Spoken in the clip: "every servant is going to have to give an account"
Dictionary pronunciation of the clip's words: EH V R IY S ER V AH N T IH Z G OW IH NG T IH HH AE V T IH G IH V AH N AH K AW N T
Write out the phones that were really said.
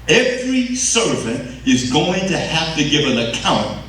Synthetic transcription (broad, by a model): EH V R IY S ER V AH N T IH Z G OW IH NG T IH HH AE F T IH G IH V AH N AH K AW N T